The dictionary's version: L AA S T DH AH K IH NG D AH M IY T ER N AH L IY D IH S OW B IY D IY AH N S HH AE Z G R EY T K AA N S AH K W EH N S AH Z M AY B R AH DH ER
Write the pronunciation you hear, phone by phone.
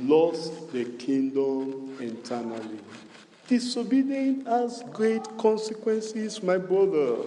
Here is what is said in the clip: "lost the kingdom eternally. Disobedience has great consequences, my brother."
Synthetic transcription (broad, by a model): L AA S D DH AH K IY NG D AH M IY T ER N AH L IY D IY S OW B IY D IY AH N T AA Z G R EY T K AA N S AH K W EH N S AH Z M AY B R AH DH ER